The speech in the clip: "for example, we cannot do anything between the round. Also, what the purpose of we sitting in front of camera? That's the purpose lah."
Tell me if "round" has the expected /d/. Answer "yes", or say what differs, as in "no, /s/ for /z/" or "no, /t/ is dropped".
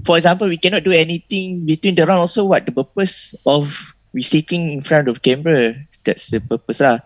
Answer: no, /d/ is dropped